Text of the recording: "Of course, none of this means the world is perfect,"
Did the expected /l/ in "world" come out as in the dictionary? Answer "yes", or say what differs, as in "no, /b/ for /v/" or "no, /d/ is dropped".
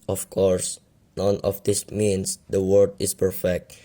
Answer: no, /l/ is dropped